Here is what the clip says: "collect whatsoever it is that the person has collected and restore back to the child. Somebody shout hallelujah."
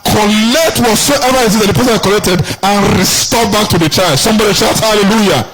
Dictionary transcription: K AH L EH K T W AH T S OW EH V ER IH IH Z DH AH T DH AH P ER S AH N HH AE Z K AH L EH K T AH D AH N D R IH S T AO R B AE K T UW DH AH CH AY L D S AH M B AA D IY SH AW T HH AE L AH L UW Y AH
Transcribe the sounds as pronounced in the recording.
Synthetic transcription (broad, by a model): K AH L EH K T W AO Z S OW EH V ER IH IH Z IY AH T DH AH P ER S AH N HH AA K AH L EH K T AH D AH N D R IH S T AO B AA K T UW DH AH CH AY D S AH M B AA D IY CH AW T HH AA L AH L UW Y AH